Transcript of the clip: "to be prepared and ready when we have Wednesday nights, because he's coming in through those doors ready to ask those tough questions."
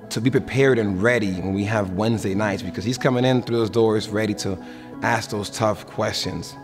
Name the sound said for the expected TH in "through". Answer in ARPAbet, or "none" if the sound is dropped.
TH